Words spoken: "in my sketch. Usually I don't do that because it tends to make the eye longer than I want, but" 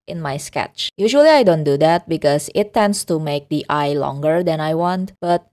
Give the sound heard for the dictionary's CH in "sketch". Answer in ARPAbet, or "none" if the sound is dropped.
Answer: CH